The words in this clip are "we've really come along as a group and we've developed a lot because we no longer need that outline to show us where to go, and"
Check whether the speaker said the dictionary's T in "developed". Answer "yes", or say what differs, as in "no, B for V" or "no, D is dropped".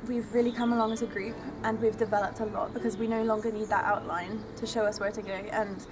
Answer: yes